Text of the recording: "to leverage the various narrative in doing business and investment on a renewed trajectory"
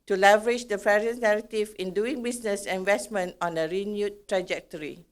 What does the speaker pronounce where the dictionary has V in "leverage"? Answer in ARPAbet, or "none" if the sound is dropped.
V